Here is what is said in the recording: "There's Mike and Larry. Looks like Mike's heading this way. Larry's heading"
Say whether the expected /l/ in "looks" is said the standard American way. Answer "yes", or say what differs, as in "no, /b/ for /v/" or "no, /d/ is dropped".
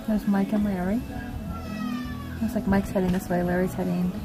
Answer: no, /w/ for /l/